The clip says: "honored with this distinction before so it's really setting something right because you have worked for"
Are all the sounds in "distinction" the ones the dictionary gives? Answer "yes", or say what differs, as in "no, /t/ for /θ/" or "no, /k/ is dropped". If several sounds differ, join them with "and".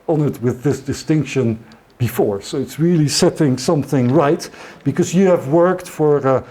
yes